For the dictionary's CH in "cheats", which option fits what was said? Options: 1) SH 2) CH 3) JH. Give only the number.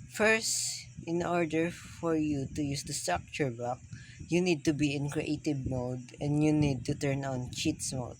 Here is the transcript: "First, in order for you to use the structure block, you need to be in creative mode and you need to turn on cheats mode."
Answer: 2